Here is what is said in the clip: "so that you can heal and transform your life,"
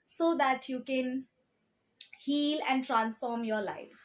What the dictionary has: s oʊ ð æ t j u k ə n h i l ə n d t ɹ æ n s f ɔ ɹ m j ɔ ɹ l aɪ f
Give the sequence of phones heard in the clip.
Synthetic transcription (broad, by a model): s oʊ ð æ t j u k ə n h i l ə n d t ɹ æ n s f ɔ ɹ m j ɔ ɹ l aɪ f